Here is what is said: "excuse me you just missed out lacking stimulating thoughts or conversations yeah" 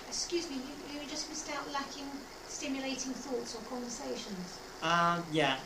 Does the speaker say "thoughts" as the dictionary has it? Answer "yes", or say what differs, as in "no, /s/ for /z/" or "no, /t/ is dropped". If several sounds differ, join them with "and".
yes